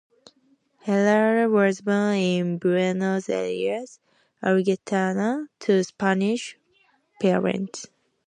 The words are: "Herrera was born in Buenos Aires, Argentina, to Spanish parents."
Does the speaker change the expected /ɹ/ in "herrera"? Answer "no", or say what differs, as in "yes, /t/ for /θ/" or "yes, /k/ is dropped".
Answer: yes, /l/ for /ɹ/